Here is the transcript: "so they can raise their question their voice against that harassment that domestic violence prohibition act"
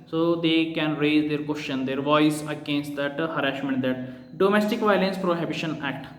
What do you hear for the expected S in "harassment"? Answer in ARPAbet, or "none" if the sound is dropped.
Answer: SH